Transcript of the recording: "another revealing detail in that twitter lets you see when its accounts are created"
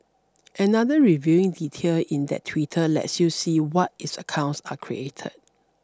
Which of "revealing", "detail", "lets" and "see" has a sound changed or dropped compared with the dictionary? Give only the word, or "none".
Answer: revealing